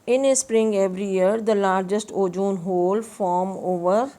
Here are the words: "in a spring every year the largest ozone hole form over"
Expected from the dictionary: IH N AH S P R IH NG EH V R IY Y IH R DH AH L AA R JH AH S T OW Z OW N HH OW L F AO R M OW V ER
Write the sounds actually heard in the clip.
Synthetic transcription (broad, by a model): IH N AH S P R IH NG EH V R IY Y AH R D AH L AA R JH AH S T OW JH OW N HH OW L F AO R M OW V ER